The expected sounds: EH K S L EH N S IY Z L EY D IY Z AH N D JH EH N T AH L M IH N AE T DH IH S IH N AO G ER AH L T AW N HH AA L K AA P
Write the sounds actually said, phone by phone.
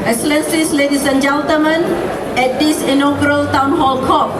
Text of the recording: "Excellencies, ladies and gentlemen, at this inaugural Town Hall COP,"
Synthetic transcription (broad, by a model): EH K S L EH N S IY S L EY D IY S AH N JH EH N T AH M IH N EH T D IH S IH N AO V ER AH L T AW N HH AA L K AA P